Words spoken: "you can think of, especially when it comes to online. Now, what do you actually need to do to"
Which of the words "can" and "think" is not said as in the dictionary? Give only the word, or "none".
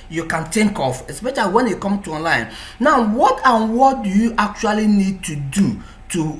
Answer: think